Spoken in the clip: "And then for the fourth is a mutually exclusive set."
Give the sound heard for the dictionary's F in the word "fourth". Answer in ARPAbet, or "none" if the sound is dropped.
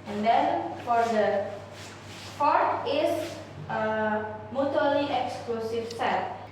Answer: P